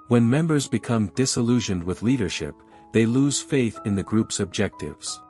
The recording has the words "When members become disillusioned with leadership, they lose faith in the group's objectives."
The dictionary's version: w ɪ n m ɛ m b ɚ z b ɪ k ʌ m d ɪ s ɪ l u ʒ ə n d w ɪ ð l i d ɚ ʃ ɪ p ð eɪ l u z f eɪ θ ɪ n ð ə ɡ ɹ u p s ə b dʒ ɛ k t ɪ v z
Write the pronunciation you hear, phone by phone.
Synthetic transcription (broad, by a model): w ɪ n m ɛ m b ɚ z b ɪ k ʌ m d ɪ s ɪ l u ʒ ə n d w ɪ ð l i d ɚ ʃ ɪ p ð eɪ l u z f eɪ θ ɪ n ð ə ɡ ɹ u p s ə b dʒ ɛ k t ɪ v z